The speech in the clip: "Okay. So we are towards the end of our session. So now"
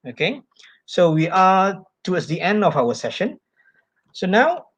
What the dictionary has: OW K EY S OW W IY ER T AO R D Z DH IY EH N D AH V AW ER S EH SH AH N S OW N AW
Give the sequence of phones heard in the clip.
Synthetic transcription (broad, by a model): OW K EY S OW W IY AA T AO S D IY EH N D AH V AW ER S EH SH AH N S OW N AW